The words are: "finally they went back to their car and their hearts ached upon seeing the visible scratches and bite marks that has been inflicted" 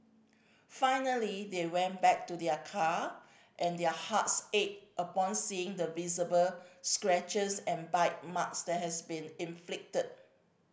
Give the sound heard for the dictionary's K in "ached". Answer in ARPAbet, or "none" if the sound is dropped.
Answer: none